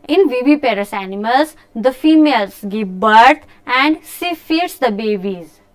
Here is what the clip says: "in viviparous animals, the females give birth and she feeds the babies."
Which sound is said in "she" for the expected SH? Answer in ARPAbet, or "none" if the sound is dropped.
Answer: S